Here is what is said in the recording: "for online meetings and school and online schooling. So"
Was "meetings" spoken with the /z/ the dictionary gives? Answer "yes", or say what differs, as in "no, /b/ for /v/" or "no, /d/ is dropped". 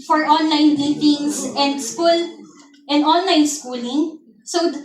no, /s/ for /z/